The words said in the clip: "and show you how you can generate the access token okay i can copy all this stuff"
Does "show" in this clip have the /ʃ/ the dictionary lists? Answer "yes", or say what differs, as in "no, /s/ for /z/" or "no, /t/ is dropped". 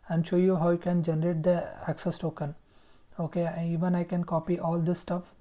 yes